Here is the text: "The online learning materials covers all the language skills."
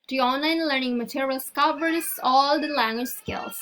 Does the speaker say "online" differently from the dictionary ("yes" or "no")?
no